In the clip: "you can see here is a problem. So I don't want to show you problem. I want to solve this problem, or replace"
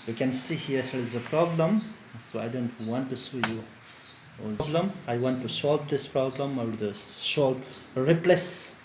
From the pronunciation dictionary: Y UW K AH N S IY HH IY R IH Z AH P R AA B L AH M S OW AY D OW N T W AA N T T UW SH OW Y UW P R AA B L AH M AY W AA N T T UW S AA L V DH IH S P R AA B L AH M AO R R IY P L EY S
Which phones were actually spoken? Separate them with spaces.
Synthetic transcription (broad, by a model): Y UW K AH N S IY HH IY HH IH Z AH P R AA B L AH M S OW AY D OW N T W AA N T T UW S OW Y UW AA B L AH M AY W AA N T T UW S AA L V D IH S P R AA B L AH M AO L R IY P L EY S